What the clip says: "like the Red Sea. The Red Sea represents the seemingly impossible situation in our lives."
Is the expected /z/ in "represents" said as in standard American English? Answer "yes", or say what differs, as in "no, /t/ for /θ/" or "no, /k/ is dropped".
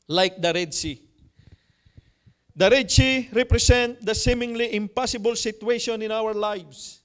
no, /s/ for /z/